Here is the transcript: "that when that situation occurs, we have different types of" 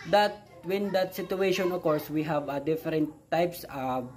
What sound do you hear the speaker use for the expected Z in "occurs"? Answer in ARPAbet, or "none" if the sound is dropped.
S